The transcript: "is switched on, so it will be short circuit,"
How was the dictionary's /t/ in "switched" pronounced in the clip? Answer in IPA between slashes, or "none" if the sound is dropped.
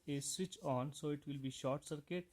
none